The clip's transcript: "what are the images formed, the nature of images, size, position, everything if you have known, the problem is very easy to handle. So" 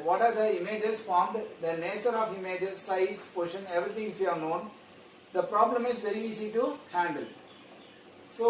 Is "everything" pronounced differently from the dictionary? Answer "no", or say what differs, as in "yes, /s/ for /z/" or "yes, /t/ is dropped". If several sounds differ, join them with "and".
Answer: yes, /t/ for /θ/